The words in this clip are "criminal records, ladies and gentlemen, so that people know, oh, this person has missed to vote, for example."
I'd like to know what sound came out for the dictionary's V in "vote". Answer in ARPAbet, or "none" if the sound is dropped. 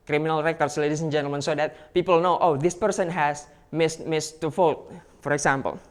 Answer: F